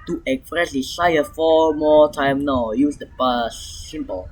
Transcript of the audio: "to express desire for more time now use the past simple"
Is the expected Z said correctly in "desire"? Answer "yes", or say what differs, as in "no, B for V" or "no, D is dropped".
no, S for Z